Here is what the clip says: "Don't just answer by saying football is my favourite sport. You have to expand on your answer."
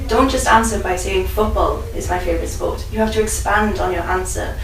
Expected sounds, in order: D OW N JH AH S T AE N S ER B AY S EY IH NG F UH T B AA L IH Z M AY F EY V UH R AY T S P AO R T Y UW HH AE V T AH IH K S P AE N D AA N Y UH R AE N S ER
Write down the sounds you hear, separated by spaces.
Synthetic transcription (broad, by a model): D OW N JH AH S T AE N S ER B AY S EY IH NG F UH T B AA L IH Z M AY F EY V R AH T S P AO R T Y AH HH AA F T AH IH K S P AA N D N Y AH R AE N S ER